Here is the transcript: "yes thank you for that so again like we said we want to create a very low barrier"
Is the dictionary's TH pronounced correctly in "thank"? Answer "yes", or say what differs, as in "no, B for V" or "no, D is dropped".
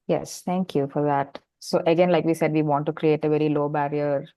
no, T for TH